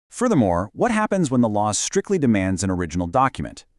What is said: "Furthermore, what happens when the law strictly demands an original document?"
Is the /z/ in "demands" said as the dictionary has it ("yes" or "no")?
yes